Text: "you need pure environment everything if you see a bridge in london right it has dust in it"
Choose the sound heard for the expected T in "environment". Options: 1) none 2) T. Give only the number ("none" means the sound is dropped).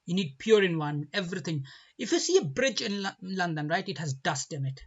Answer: 1